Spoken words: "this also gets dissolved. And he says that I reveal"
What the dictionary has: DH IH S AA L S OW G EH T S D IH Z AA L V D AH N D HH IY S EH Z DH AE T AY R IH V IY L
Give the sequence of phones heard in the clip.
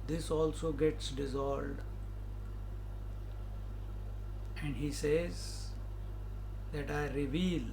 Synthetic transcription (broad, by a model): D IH S AA L S OW G EH T S D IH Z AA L D AH N D HH IY S EH Z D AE T AY R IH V IY L